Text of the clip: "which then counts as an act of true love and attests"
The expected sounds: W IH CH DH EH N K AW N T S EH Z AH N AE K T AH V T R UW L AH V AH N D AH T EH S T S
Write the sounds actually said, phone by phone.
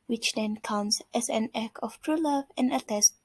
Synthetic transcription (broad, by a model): W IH CH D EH N K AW N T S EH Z AH N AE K AH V T R UW L AH V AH N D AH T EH S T